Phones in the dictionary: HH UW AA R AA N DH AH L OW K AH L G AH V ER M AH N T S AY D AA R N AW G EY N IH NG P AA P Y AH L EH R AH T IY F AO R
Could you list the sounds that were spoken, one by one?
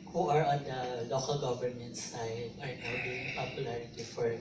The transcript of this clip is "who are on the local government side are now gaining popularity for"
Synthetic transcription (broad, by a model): HH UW AA R AA N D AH L OW K AH L G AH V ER M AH N T S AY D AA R N AW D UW IH NG P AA P Y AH L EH R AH T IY F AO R